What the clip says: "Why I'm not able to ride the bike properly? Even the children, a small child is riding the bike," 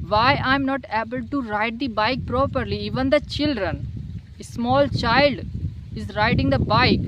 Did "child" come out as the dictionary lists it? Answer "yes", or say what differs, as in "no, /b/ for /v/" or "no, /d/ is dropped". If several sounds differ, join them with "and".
yes